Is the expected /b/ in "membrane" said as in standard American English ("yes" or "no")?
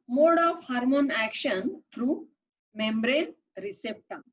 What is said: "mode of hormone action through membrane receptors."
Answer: yes